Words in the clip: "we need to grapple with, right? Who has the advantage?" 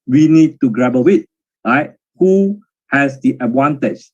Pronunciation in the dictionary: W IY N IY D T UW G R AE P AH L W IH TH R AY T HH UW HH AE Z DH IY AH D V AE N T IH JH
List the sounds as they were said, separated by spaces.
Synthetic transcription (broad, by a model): W IY N IY D T UW G R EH B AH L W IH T R AY T HH UW HH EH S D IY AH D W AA N T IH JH